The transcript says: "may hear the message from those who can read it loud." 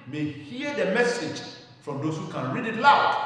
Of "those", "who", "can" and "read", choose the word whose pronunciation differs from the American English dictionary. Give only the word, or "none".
those